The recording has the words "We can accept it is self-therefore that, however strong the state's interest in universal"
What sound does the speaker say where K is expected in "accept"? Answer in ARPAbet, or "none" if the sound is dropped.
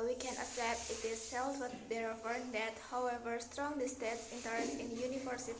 none